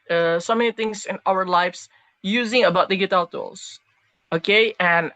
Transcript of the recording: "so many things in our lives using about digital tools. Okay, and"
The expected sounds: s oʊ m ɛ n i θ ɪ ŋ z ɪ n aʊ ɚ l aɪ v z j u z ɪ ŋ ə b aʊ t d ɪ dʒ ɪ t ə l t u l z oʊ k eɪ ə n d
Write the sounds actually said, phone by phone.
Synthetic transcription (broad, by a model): s oʊ m ɛ n i θ ɪ ŋ z ɪ n aʊ ɚ l aɪ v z j u z ɪ ŋ ə b aʊ t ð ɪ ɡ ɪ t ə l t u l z oʊ k eɪ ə n